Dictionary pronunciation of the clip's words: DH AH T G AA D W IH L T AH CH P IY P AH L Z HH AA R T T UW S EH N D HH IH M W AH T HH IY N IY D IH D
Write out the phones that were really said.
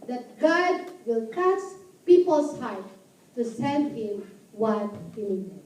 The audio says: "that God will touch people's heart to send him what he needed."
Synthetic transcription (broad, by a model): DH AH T G AA D W IH L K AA S P IY P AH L S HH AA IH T T UW S EH N D HH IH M W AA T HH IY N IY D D